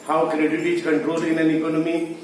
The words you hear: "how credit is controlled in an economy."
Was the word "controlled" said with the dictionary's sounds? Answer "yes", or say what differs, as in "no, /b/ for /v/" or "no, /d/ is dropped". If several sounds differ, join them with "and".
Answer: no, /d/ is dropped